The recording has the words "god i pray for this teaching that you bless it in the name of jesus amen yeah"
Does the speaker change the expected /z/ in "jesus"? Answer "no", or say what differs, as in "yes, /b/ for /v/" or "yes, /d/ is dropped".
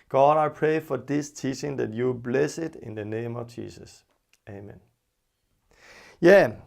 yes, /s/ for /z/